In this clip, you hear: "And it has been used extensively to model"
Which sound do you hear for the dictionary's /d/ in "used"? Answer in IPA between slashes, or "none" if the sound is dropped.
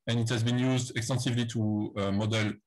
/d/